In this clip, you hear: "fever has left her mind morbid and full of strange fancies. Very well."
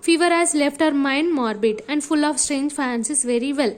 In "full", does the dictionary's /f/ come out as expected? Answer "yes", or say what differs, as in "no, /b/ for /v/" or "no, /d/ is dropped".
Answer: yes